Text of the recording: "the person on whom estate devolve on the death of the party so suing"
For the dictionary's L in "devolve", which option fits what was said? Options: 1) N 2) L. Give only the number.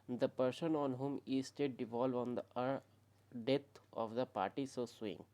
2